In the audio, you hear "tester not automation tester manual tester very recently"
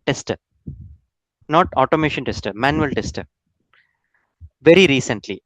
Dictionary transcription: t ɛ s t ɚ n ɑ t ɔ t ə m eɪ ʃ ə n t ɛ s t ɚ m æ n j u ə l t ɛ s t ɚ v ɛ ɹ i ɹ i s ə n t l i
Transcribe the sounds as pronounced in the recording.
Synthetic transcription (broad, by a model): t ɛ s t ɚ n ɑ t ɔ t ə m eɪ ʃ ə n t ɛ s t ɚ m æ n j u ə l t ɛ s t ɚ v ɛ ɹ i ɹ i s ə n t l i